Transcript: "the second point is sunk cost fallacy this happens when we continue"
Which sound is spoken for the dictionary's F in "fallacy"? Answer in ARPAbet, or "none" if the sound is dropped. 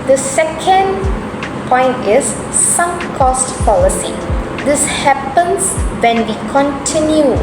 P